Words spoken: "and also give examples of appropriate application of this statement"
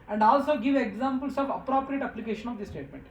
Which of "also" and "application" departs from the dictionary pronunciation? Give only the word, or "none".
none